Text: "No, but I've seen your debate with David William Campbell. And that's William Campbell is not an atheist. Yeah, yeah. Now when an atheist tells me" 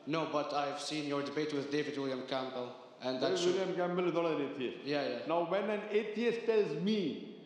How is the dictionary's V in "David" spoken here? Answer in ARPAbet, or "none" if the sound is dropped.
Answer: V